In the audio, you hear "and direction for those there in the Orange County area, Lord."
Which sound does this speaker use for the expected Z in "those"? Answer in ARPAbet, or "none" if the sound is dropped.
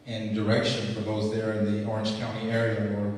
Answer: Z